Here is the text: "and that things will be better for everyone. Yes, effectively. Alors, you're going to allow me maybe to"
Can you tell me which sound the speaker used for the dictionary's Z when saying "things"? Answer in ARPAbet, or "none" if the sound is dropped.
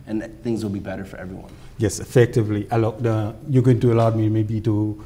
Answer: Z